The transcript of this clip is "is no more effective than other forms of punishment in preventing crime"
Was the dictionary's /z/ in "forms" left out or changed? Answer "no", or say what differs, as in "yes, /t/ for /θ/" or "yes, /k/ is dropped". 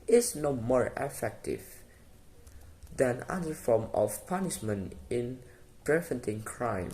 yes, /z/ is dropped